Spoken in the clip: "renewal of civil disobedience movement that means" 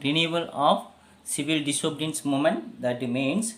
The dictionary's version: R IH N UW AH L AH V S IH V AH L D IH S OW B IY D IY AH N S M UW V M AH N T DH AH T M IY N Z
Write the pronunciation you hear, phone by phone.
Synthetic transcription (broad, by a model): R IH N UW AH L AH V S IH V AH L D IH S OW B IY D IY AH N S M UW M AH N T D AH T M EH N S